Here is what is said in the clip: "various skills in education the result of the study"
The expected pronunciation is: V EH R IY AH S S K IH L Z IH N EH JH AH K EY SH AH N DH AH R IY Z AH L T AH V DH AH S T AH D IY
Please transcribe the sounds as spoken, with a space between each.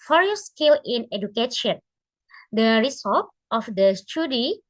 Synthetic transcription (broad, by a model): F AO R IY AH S S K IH L IH N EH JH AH K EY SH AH N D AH R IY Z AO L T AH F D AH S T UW D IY